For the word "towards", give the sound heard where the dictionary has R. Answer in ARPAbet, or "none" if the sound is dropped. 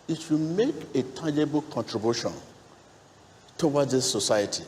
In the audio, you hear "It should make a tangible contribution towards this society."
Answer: W